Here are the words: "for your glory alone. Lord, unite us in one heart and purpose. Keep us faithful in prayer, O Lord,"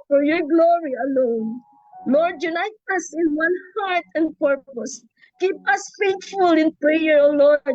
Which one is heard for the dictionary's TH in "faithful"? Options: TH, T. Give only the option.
T